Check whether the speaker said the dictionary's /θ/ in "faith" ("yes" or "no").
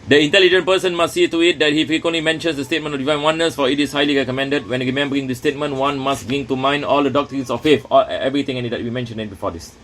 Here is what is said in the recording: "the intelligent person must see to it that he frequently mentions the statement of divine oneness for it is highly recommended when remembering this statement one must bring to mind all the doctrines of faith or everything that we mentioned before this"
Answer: no